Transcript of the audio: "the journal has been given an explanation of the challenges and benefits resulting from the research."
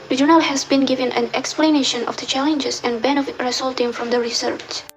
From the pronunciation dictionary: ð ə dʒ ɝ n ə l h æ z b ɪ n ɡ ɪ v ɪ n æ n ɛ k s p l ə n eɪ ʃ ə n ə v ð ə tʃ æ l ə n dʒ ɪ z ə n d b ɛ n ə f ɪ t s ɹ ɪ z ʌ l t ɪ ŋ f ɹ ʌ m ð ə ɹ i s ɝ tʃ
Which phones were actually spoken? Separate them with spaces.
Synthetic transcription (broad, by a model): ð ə dʒ ɝ n ə l h æ z b ɪ n ɡ ɪ v ɪ n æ n ɛ k s p l ə n eɪ ʃ ə n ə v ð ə tʃ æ l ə n dʒ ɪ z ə n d b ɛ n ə f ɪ t ɹ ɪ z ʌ l t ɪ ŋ f ɹ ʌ m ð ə ɹ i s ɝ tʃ